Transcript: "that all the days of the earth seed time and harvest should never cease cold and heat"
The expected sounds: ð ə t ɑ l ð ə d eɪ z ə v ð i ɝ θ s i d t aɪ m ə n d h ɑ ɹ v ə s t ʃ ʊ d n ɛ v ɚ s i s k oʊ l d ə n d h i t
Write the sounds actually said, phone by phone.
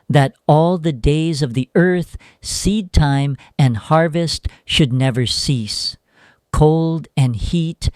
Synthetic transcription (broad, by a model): ð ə t ɑ l ð ə d eɪ z ə v ð i ɝ θ s i d t aɪ m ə n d h ɑ ɹ v ə s t ʃ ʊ d n ɛ v ɚ s i s k oʊ l d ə n h i t